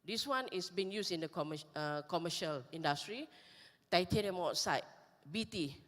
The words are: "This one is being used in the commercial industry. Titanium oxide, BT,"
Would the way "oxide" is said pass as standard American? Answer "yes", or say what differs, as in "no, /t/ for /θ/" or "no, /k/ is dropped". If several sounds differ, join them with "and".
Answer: no, /k/ is dropped